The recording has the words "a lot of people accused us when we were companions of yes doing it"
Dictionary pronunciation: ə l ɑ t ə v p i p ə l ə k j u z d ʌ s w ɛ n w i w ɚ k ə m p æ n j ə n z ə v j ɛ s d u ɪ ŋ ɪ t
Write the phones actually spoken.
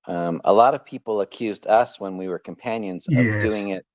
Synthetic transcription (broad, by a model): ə l ɑ t ə v p i p l ə k j u z d ʌ s w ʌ n w i w ɚ k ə m p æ n j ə n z ə v d u ɪ ŋ ɪ t